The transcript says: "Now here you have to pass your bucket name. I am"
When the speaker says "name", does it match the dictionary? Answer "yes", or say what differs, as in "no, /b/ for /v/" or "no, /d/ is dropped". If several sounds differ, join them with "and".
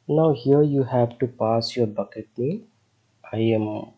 no, /m/ is dropped